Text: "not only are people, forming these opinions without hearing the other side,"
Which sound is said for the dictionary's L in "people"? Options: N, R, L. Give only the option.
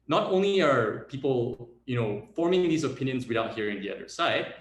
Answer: N